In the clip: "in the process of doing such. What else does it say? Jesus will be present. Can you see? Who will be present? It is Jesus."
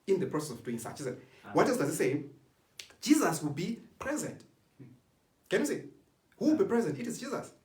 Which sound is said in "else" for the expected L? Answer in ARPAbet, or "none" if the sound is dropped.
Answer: none